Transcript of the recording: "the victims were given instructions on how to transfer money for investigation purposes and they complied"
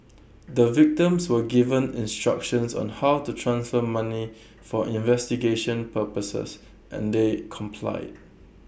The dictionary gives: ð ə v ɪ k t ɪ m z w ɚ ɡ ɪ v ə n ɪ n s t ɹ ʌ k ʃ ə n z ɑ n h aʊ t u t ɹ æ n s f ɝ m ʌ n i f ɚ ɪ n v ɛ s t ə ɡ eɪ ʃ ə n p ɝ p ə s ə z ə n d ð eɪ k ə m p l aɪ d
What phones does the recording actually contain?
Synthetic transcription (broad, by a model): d ə v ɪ k t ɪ m s w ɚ ɡ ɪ v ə n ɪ n s t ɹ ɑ k ʃ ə n s ɑ n h aʊ t u t ɹ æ n s f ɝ m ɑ n i f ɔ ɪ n v ɛ s t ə ɡ eɪ ʃ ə n p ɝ p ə s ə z ə n d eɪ k ə m p l aɪ d